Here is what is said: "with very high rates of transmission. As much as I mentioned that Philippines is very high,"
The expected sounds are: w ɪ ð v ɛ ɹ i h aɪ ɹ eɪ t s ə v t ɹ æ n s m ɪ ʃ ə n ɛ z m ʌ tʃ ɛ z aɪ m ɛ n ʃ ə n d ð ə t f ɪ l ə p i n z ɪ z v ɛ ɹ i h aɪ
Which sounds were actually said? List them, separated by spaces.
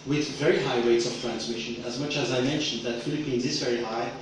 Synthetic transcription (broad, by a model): w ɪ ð v ɛ ɹ i h aɪ ɹ eɪ t s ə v t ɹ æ n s m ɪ ʃ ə n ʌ z m ʌ tʃ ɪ z aɪ m ɛ n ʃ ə n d ð ə t f ɪ l ə p i n z ɪ z v ɛ ɹ i h aɪ